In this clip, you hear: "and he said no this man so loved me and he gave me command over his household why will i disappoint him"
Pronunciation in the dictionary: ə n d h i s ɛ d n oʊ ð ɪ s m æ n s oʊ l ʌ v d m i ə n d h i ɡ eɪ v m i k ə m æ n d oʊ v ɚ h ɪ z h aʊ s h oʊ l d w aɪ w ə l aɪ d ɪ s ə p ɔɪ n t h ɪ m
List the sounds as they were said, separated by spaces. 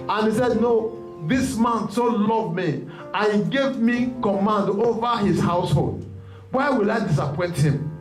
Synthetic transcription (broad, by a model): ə n h i s ɛ d n oʊ ð ɪ s m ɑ n s oʊ l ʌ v m i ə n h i ɡ eɪ v m i k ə m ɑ n d oʊ v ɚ h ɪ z h aʊ s h oʊ l d w aɪ w ə l aɪ d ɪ s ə p ɔɪ n t h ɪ m